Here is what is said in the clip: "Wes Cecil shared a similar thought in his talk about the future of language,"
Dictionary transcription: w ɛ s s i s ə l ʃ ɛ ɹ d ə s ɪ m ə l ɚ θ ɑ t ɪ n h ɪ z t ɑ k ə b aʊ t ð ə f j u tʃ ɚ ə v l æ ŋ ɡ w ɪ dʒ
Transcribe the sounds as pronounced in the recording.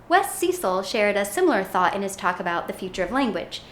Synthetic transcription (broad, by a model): w ɛ s s i s l ʃ ɛ ɹ d ə s ɪ m l ɚ θ ɑ t ɪ n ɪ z t ɑ k ə b aʊ t ð ə f j u tʃ ɚ ə v l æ ŋ ɡ w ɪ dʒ